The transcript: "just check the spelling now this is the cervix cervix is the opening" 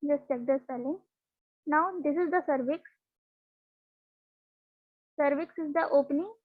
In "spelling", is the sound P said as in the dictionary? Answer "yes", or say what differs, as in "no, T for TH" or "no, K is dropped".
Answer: no, P is dropped